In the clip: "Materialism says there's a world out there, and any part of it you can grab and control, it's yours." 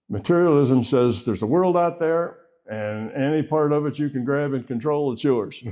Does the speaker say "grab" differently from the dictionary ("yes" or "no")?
no